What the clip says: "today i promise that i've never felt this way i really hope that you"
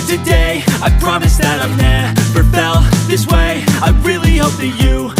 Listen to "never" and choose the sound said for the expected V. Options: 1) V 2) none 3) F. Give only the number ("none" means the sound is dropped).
3